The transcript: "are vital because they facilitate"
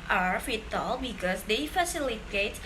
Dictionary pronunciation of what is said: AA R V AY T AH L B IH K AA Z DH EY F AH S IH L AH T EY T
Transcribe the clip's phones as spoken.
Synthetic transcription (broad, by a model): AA R F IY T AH L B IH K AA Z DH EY F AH S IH L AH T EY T